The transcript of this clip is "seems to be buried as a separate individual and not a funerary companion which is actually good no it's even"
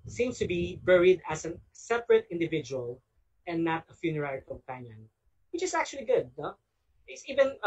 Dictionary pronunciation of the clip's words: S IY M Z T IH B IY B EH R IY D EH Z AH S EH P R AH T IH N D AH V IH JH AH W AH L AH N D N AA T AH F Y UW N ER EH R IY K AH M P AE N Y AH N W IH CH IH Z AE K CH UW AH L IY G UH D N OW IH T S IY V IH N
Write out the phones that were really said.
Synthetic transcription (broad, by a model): S IY M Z T IH B IY B EH R IY D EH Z AH S EH P R AH T IH N D AH V IH JH AH W AH L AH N N AA T AH F Y UW N ER EH R IY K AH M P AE N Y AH N W IH CH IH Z AE K CH UW AH L IY G UH D N OW IH T S IY V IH N